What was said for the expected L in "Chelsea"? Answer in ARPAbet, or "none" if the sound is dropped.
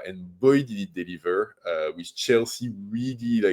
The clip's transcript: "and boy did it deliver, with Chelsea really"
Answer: L